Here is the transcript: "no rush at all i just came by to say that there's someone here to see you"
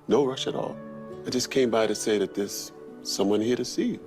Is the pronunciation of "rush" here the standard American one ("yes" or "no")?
yes